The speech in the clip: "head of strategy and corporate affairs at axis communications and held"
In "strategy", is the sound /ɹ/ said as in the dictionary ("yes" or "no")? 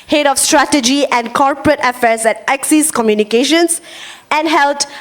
yes